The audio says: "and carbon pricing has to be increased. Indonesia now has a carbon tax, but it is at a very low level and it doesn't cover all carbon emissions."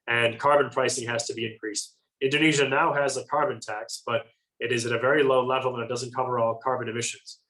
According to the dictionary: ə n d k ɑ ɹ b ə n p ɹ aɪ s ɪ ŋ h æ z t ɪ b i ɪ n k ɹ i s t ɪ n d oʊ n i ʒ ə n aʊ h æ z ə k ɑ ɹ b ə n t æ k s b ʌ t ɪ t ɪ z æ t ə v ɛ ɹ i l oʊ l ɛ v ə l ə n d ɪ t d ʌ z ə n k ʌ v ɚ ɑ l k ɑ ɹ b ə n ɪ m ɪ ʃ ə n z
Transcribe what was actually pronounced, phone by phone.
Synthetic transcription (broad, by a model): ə n k ɑ ɹ b ə n p ɹ aɪ s ɪ ŋ h æ z t ɪ b i ɪ n k ɹ i s t ɪ n d oʊ n i ʒ ə n aʊ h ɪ z ə k ɑ ɹ b ə n t æ k s b ʌ t ɪ t ɪ z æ t ə v ɛ ɹ i l oʊ l ɛ v l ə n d ɪ t d ʌ z ə n k ʌ v ɚ ɑ l k ɑ ɹ b ə n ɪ m ɪ ʃ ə n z